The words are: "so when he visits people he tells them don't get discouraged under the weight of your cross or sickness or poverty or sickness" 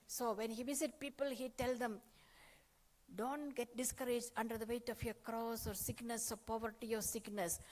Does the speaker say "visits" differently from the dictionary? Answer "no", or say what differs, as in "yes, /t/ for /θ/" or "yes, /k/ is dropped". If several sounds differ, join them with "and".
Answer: yes, /s/ is dropped